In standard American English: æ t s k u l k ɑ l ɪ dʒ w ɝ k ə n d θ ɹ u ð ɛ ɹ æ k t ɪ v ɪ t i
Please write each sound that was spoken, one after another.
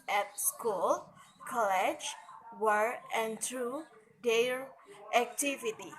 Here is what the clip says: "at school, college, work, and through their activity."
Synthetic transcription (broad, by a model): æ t s k u l k ɑ l ɪ dʒ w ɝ ə n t ɹ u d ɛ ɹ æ k t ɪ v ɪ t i